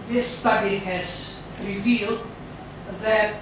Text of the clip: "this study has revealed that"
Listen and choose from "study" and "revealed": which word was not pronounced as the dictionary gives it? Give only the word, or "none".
none